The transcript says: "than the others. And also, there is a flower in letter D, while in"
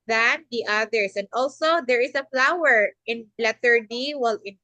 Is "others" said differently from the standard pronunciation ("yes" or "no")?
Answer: yes